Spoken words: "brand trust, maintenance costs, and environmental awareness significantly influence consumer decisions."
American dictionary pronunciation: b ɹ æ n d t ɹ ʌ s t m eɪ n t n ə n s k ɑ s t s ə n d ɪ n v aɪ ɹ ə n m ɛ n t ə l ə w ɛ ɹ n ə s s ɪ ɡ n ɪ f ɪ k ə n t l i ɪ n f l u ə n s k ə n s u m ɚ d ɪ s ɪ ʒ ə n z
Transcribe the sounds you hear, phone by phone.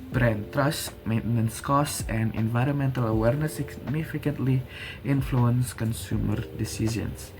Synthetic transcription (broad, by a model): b ɹ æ n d t ɹ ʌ s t m eɪ n t n ə n s k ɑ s s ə n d ɪ n v aɪ ɹ ə n m ɛ n t ə l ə w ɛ ɹ n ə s s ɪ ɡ n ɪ f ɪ k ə n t l i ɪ n f l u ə n s k ə n s u m ɚ d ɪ s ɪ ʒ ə n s